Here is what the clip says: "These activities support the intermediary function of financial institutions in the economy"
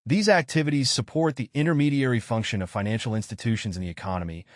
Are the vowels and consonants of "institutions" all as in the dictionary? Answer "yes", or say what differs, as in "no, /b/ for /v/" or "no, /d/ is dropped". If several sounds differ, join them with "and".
yes